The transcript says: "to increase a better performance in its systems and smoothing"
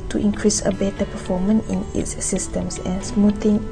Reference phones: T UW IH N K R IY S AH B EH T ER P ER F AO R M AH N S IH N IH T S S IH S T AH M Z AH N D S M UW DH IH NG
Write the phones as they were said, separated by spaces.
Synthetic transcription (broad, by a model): T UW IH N K R IY S AH B EH T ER P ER F AO M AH N IH N IH T S S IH S T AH M S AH N S M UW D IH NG